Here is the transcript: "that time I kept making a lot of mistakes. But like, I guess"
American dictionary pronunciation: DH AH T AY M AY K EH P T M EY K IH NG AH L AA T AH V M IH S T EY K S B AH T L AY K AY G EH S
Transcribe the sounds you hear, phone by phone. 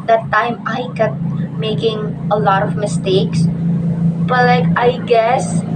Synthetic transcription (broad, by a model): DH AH T AY M AY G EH T M EY K IH NG AH L AA T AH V M IH S T EY K S B AH T L AY K AY G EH S